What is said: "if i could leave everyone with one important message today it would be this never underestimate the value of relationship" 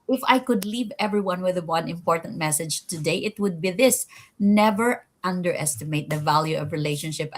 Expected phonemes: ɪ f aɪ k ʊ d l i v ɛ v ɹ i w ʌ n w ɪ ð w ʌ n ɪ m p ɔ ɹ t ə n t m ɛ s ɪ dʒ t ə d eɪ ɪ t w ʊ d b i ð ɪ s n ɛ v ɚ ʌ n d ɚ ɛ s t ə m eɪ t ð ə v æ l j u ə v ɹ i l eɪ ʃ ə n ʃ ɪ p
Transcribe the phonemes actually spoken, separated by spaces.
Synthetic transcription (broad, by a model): ɪ f aɪ k ʊ d l i v ɛ v ɹ i w ʌ n w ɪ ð w ʌ n ɪ m p ɔ ɹ t ə n t m ɛ s ɪ dʒ t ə d eɪ ɪ t w ʊ d b i ð ɪ s n ɛ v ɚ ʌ n d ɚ ɛ s t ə m eɪ t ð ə v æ l j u ə v ɹ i l eɪ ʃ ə n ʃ ɪ p